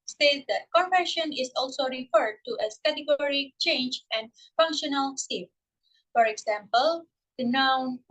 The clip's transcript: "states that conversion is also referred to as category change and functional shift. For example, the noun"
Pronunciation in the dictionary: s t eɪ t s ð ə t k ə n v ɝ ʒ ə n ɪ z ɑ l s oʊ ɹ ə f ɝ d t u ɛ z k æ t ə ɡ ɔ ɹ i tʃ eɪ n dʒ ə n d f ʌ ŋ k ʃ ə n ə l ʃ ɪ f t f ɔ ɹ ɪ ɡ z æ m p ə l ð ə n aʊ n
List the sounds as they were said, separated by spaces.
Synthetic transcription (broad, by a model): s t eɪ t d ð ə t k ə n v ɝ ʃ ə n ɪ s ɑ l s oʊ ɹ ə f ɝ d t u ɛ s k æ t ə ɡ ɔ ɹ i tʃ eɪ n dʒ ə n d f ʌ ŋ k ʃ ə n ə l s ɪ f f ɔ ɹ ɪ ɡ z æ m p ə l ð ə n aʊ n